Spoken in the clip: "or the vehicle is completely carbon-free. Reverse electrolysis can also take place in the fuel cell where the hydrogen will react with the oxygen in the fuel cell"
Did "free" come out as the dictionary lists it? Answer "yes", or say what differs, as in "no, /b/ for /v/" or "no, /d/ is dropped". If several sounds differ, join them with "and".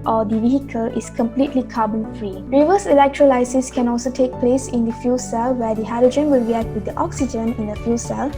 yes